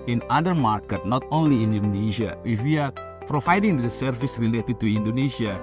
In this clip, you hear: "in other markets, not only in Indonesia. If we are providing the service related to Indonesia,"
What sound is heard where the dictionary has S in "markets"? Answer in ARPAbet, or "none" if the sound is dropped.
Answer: none